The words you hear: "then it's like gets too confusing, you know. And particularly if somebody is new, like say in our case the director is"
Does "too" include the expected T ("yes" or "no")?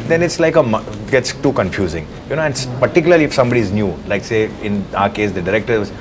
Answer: yes